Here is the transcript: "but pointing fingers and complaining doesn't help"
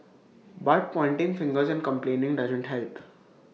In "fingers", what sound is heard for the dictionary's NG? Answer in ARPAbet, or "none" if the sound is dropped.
NG